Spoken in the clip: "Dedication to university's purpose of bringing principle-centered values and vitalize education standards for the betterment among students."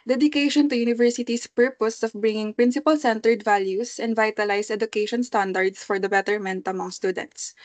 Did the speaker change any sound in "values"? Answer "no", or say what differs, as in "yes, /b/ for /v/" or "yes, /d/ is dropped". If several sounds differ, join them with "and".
yes, /s/ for /z/